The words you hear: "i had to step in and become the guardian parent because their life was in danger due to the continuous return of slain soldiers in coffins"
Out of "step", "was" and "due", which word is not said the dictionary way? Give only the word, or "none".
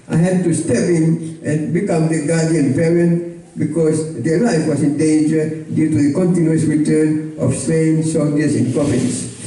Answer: was